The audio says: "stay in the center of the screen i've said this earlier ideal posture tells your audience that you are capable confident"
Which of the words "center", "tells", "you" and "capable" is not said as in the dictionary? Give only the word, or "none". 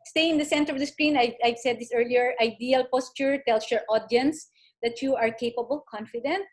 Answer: tells